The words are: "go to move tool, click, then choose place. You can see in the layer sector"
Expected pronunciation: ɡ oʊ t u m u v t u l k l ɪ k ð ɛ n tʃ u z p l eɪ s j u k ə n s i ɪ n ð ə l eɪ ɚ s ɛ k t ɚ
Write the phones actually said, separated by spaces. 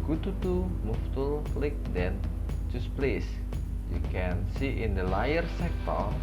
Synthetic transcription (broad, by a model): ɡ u t u m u f t u l k l ɪ k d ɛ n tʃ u s p l eɪ s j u k ə n s i ɪ n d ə l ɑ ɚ s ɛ k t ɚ